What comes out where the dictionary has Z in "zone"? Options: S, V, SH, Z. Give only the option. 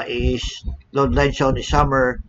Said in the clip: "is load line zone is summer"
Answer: S